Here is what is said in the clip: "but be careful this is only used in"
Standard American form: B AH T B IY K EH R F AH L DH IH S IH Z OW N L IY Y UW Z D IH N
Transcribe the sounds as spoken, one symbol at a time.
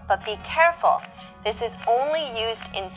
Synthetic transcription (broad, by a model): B AH T B IY K EH R F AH L DH IH S IH Z OW N L IY Y UW Z D IH N